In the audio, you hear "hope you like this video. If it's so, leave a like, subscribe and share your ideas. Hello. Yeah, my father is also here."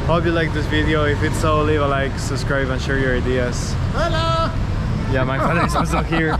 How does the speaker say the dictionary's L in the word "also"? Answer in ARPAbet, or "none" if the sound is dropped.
none